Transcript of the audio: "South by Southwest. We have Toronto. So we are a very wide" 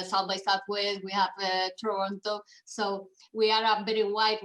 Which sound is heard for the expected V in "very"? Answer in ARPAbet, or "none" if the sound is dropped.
B